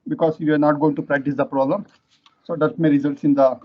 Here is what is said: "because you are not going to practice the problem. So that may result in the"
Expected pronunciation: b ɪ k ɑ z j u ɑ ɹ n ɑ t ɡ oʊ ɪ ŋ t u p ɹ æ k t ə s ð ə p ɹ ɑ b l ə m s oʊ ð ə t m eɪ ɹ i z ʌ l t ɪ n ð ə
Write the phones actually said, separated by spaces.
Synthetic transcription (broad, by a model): b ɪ k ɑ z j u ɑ ɹ n ɑ t ɡ oʊ ɪ ŋ t u p ɹ æ k t ə s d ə p ɹ ɑ b l ə m s oʊ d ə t m eɪ ɹ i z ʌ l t ɪ n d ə